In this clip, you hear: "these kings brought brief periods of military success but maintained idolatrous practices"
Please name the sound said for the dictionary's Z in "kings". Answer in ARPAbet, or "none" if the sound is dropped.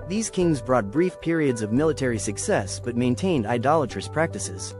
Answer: Z